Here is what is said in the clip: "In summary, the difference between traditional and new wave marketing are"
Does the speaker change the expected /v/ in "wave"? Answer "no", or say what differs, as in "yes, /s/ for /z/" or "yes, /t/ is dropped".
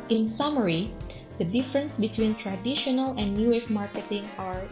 yes, /f/ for /v/